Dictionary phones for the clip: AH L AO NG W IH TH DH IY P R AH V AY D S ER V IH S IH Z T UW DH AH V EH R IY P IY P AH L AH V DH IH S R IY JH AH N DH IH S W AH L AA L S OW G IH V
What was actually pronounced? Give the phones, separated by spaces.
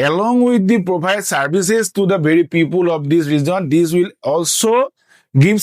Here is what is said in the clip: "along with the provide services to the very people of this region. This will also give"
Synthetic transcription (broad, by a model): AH L AO NG W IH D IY P R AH B AY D S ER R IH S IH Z T UW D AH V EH R IY P IY P AH L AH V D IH S R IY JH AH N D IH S W AH L AA L S OW G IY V